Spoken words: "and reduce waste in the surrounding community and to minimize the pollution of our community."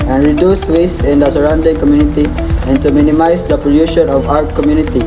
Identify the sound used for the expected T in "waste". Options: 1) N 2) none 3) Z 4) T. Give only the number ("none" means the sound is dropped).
4